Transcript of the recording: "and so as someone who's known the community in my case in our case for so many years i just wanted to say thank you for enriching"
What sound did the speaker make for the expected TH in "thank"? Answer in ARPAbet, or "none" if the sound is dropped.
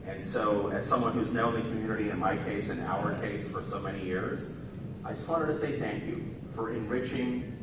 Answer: TH